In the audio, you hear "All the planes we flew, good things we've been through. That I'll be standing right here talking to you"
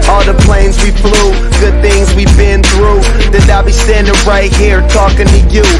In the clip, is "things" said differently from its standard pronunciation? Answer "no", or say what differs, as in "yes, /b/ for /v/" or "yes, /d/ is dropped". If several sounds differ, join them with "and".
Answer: no